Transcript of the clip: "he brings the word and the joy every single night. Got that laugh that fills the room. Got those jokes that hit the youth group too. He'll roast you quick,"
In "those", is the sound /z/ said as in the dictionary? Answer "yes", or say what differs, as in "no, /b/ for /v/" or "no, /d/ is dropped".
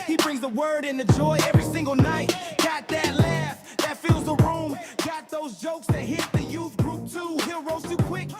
yes